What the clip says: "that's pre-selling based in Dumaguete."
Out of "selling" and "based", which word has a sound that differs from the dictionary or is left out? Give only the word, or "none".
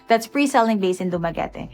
based